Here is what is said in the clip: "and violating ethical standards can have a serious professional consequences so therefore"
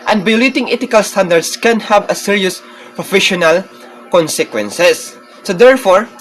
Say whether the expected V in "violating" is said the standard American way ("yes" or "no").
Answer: no